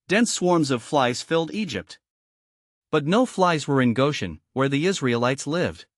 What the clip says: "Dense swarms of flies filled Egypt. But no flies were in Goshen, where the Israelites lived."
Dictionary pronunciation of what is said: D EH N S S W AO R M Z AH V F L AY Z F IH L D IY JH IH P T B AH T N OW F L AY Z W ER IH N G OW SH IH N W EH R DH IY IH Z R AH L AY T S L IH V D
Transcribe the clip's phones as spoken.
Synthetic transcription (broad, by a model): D EH N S S W AO R M Z AH V F L AY Z F IH L D IY JH IH P T B AH T N OW F L AY Z W ER IH N G OW SH IH N W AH R DH IY IH Z R AH L AY T S L IH V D